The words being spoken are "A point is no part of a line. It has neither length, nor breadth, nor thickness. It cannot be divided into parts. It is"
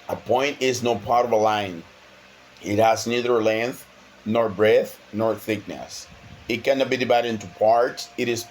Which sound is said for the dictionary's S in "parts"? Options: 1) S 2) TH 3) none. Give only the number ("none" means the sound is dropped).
1